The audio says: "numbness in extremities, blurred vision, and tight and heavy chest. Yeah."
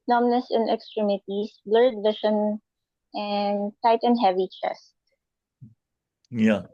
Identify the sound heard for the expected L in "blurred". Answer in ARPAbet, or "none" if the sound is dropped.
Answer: L